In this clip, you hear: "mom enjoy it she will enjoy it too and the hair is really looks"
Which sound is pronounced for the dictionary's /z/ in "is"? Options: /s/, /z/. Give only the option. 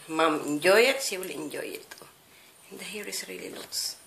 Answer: /s/